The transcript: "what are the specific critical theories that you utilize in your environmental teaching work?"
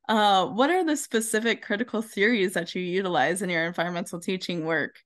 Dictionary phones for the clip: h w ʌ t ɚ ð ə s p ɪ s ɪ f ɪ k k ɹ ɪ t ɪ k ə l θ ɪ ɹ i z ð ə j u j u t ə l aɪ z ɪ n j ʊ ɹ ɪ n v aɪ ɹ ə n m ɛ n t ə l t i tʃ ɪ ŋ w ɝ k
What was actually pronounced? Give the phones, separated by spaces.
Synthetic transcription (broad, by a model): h w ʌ t ɚ ð ə s p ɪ s ɪ f ɪ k k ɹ ɪ t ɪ k l θ ɪ ɹ i z ð ə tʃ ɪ j u t ə l aɪ z ɪ n j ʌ ɹ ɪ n v aɪ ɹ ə n m ɛ n t l t i tʃ ɪ ŋ w ɝ k